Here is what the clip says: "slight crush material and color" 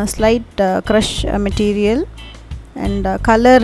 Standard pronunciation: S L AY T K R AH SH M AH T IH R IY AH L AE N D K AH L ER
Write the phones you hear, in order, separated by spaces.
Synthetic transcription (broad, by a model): S L AY T K R AH SH M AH T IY R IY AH L AE N D K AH L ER